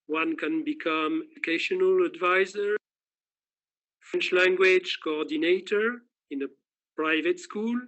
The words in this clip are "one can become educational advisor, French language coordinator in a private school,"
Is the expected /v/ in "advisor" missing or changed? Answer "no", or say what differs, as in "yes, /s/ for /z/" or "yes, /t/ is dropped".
no